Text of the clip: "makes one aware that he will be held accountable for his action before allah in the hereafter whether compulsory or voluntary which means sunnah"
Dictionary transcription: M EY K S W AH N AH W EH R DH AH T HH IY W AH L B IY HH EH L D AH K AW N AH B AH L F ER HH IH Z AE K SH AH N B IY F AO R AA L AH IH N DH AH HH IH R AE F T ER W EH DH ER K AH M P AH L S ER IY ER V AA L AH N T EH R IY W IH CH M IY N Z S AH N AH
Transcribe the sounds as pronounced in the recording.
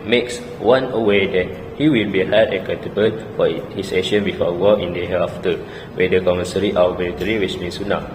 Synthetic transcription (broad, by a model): M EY K S W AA N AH W EH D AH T HH IY W AH L B IY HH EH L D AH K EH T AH B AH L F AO HH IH S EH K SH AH N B IY F AO W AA AH N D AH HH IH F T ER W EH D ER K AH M AH S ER IY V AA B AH L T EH R IY W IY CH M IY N S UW N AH